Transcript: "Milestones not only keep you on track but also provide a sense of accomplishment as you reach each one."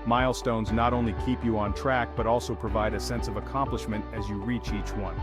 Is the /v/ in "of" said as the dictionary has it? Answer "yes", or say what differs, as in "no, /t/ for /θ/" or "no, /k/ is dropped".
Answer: yes